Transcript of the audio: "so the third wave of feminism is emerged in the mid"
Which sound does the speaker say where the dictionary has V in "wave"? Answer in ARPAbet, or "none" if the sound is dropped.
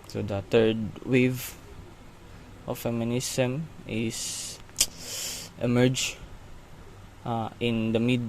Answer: V